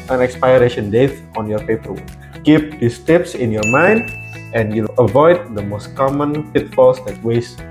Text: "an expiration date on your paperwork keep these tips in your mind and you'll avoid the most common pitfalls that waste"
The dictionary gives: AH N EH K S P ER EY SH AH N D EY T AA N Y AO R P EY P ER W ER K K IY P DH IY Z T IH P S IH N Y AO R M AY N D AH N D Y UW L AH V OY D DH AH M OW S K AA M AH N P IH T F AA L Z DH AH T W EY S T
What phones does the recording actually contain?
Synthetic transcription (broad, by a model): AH N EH K S P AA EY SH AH N D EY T AA N Y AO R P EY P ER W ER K K IY P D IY S T IH P S IH N Y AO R M AY N D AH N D Y UW L AH V OY D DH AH M OW S K AA M AH N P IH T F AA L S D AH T W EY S